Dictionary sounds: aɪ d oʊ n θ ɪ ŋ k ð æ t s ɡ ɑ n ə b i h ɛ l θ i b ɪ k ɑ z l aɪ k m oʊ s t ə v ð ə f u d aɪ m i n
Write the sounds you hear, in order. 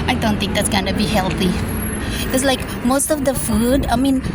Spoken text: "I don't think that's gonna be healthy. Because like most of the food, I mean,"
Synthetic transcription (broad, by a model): aɪ d oʊ n t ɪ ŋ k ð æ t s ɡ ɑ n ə b i h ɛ l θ i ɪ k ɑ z l aɪ k m oʊ s t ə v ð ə f u d aɪ m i n